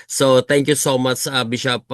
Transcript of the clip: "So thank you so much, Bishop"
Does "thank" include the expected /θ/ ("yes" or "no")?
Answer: no